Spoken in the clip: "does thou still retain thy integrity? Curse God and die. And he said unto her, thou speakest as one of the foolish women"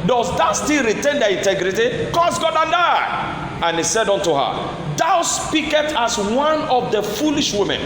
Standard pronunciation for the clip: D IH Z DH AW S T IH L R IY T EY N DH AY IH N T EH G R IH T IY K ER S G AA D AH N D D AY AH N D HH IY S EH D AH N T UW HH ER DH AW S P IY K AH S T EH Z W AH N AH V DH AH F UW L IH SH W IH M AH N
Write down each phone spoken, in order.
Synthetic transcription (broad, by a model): D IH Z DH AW S T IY L R IY T EY N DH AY IH N T EH G R IH T IY K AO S G AA D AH N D D AY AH N HH IY S EH D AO N T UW HH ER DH AW S P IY K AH T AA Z W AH N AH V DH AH F UW L IH SH W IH M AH N